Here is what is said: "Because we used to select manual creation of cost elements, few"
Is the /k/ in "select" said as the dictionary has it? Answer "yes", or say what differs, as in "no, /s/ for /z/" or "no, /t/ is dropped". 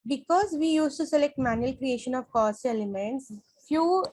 yes